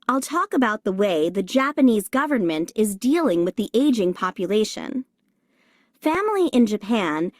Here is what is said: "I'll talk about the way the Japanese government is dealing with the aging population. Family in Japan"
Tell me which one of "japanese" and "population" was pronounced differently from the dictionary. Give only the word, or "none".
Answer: none